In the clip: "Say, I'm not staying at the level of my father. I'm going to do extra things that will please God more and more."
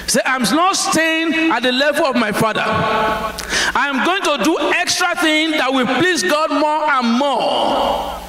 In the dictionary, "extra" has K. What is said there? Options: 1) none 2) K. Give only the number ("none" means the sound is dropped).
2